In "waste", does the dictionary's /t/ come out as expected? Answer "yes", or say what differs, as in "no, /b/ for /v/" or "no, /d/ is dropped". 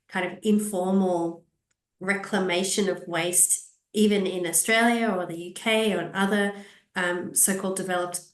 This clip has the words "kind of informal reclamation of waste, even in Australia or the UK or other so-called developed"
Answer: yes